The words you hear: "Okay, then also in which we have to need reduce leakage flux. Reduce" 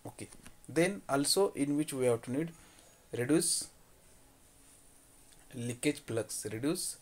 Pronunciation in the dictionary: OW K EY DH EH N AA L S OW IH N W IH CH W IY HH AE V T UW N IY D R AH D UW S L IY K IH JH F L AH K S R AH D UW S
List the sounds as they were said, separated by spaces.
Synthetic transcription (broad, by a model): OW K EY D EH N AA L S OW IH N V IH CH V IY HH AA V T UW N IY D R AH D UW S L IY K IH JH P L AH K S R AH D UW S